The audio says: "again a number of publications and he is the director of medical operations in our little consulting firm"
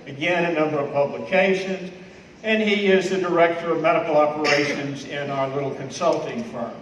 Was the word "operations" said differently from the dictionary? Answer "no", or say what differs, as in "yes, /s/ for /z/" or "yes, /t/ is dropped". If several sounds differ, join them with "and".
no